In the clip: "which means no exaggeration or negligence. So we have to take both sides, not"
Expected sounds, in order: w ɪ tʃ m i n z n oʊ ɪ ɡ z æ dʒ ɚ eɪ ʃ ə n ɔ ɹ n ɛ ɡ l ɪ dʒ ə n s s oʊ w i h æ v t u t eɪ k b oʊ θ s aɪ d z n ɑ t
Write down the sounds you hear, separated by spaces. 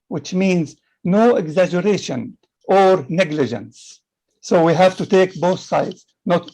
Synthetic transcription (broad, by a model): w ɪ tʃ m i n z n oʊ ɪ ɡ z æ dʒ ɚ eɪ ʃ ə n ɔ ɹ n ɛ ɡ l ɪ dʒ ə n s s oʊ w i h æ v t u t eɪ k b oʊ θ s aɪ d z n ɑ t